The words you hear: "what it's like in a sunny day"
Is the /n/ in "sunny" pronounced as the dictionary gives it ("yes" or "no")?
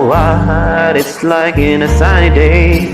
no